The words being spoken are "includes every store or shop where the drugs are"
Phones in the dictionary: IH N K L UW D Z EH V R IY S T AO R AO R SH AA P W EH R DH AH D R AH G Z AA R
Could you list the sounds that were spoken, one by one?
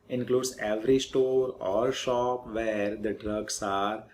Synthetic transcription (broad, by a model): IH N K L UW D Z EH V R IY S T AO R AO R SH AA P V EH R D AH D R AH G S AA R